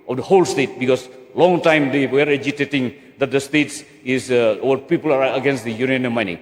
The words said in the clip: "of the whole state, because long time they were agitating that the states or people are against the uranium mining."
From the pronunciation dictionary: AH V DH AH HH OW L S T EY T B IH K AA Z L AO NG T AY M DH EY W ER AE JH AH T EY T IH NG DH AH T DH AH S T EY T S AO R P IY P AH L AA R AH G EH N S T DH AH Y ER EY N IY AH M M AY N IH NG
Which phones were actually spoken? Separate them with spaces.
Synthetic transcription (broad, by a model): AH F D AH HH OW L S T EY T B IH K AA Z L AO NG T AY M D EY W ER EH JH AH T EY T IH NG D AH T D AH S T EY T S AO W P IY P AH L AA R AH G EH N S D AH Y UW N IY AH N M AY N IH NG